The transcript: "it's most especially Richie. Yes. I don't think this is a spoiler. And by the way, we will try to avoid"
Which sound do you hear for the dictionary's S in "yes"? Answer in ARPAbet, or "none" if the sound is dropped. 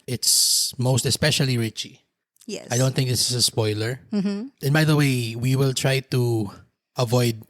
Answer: none